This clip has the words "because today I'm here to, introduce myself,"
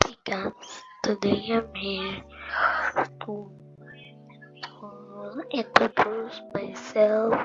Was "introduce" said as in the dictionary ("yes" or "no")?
no